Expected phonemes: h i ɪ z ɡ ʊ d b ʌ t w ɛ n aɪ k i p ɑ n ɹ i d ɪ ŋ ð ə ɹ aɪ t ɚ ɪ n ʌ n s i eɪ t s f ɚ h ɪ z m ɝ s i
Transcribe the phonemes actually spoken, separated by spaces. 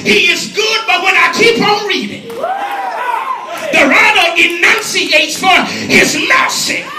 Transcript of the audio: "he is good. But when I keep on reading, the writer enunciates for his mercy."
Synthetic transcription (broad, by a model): h i ɪ z ɡ ʊ d b ʌ t w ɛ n aɪ k i p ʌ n ɹ i d ɪ ŋ ð ə ɹ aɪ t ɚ ɪ n ʌ n s i eɪ t s f ɚ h ɪ z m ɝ s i